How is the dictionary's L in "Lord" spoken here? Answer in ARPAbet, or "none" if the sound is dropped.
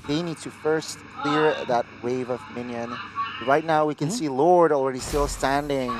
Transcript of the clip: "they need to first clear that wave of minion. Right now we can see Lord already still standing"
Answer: L